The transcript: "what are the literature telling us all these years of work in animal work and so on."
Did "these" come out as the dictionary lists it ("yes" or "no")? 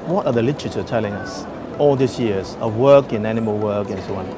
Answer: no